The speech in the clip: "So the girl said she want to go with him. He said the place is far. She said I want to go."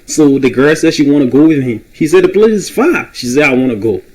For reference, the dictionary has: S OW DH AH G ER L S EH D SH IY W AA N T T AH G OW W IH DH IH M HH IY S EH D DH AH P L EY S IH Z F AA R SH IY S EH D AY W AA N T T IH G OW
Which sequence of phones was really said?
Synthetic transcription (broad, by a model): S OW DH AH G ER L S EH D SH IY W AA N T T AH G OW W IH DH IH M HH IY S EH D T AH P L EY IH Z F AA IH SH IY S EH D AY W AA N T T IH G OW